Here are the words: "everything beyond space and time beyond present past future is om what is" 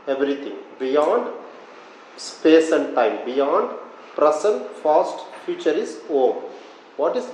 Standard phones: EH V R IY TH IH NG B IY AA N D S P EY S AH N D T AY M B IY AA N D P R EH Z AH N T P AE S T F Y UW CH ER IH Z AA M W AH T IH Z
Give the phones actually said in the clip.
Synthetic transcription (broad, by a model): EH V R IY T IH NG B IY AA N D S P EY S AH N D T AY M B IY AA N D P R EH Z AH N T F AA S T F Y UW CH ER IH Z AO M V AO T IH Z